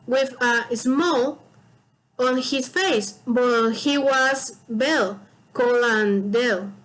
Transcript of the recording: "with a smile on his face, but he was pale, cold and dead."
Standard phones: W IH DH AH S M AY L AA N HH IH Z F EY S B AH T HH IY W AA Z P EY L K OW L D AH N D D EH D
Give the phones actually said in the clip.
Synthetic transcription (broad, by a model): W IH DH AH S M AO L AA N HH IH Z F EY S B AH T HH IY W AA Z B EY L K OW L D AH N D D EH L